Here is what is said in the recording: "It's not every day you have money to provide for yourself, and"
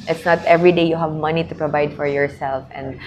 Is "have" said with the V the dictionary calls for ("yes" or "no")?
yes